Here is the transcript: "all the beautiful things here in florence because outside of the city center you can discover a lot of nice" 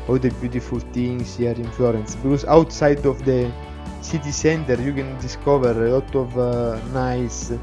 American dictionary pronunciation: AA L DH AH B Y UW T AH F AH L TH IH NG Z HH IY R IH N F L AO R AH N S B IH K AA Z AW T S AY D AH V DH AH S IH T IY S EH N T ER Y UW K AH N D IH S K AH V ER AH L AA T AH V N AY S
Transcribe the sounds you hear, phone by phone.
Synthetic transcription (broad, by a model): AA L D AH B Y UW T AH F AH L T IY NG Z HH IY R IH N F L AO R AH N S B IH K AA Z AW T S AY D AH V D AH S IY T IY S EH N T ER Y UW K AH N D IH S K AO V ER AH L AA T AH V N AY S